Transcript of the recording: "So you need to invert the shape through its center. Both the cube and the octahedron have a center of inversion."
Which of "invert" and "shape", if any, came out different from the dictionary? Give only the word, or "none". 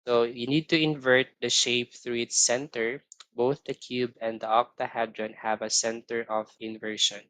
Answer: none